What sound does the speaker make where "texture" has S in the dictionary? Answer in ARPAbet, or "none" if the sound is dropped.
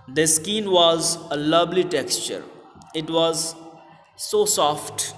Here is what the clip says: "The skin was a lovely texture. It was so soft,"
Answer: S